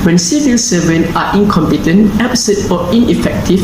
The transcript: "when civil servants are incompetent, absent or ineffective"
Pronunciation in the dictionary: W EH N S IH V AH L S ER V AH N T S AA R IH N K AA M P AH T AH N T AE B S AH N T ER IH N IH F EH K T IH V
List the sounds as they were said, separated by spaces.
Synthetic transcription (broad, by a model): W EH N S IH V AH L S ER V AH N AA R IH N K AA M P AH T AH N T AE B S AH T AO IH N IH F EH K T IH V